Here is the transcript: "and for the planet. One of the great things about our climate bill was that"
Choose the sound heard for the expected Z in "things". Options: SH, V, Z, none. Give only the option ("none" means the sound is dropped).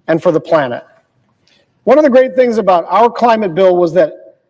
Z